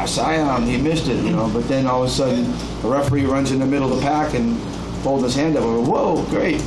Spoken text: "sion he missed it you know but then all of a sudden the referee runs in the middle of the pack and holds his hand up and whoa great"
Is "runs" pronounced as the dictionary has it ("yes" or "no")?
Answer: yes